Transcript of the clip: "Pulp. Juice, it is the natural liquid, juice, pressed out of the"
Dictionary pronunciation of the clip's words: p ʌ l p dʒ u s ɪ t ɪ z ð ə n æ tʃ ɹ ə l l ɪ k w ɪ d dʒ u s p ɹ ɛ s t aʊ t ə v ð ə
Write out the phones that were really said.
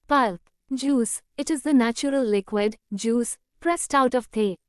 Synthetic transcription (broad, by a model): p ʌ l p dʒ u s ɪ t ɪ z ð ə n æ tʃ ɹ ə l l ɪ k w ɪ d dʒ u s p ɹ ɛ s t aʊ t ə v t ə